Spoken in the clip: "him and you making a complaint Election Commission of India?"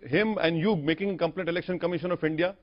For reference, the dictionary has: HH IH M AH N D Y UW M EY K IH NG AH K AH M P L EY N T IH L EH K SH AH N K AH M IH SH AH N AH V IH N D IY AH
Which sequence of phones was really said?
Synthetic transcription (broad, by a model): HH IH M AH N D Y UW M EY K IH NG AH K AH M P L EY T IH L EH K SH AH N K AH M IH SH AH N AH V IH N D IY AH